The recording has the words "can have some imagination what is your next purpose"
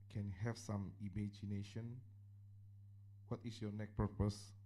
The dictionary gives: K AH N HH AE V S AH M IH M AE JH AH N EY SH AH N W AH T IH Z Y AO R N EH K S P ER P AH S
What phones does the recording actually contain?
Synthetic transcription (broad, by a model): K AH N HH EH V S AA M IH M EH JH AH N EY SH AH N W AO T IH S Y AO N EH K P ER P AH S